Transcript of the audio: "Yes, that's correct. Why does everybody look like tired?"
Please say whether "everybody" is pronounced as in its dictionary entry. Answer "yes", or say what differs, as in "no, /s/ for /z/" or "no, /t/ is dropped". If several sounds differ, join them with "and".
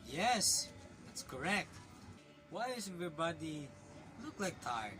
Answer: no, /ɹ/ is dropped